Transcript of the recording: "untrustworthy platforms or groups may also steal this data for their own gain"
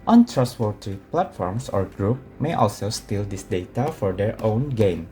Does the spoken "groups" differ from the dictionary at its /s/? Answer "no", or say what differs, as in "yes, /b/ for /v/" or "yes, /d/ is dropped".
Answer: yes, /s/ is dropped